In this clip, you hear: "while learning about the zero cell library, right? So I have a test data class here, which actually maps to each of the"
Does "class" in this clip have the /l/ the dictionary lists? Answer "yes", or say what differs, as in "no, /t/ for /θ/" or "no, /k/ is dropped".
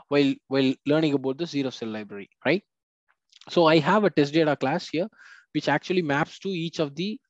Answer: yes